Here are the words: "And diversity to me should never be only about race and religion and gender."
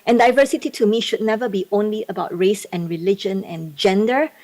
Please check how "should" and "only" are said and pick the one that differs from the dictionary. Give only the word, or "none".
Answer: none